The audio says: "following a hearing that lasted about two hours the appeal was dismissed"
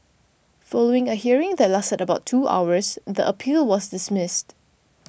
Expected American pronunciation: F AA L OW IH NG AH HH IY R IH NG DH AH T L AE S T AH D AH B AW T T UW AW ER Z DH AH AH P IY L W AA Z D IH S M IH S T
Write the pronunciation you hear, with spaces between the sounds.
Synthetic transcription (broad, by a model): F AA L OW IH NG AH HH IY R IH NG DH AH T L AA S T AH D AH B AW T T AW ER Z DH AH AH P IY L W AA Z D IH S M IH S T